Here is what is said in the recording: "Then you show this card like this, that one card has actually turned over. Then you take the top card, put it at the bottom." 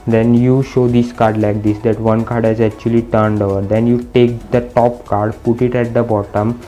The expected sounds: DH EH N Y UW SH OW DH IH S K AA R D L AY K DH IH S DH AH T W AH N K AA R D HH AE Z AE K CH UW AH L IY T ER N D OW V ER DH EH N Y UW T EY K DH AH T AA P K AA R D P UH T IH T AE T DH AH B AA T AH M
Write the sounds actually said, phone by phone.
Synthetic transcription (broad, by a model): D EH N Y UW SH OW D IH S K AA R D L AY K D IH S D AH T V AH N K AA R D HH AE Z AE K CH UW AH L IY T ER N D OW V ER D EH N Y UW T EY K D AH T AA P K AA R D P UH T IH T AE T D AH B AA T AH M